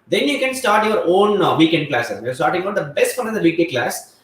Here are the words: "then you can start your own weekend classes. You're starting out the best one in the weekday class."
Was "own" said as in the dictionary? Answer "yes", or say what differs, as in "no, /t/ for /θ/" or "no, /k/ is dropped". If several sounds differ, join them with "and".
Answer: yes